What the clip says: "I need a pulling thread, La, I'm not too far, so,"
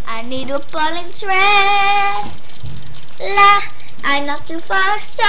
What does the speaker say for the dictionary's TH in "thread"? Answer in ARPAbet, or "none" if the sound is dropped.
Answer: T